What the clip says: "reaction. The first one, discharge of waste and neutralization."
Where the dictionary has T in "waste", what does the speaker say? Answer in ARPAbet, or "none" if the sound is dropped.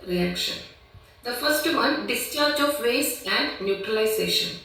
none